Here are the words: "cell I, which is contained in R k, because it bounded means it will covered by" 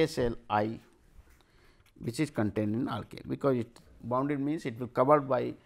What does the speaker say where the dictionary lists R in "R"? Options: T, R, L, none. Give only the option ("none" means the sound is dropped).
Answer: L